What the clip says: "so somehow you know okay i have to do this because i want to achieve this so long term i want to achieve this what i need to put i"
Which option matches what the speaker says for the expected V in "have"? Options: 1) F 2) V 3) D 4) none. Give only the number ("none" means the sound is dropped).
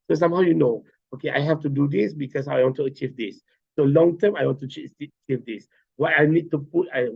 1